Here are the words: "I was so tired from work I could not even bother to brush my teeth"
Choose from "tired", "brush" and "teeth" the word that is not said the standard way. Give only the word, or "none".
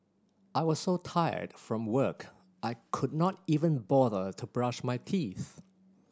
none